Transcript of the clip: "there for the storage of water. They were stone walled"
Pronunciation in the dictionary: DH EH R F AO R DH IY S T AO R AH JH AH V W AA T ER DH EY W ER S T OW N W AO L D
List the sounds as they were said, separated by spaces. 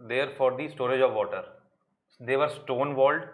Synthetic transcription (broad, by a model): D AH R F AO R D IY S T AO R AH JH AH V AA T ER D EY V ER S T OW N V AO L D